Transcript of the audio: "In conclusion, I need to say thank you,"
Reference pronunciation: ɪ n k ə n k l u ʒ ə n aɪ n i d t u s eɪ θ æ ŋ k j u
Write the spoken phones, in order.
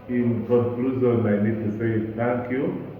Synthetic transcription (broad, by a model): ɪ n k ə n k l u z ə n aɪ n i d t u s eɪ t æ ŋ k j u